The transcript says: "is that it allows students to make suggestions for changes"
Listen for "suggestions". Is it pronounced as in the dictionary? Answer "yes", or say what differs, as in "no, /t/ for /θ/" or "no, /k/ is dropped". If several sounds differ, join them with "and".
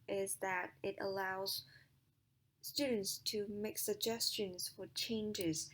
yes